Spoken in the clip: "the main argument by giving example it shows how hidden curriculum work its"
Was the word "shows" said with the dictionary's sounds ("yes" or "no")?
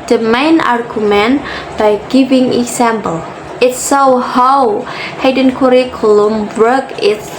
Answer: no